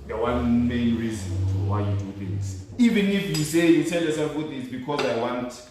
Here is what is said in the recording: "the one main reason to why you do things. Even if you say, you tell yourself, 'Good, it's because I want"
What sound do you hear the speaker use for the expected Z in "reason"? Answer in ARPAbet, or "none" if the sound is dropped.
Z